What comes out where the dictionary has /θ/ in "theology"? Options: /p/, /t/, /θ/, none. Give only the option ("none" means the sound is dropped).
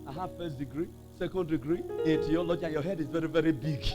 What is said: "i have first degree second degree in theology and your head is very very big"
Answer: /t/